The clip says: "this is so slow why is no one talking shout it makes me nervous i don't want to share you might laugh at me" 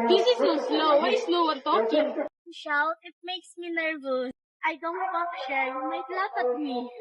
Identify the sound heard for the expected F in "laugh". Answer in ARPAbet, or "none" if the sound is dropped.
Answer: P